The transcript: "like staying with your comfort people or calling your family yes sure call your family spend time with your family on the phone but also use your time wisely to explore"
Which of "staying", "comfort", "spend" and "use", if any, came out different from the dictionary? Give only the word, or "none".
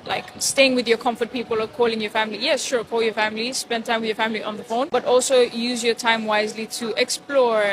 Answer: none